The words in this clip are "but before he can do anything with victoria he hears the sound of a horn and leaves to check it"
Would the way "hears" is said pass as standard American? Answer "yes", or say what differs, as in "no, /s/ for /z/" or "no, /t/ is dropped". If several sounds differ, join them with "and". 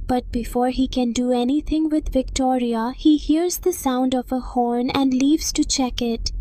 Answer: yes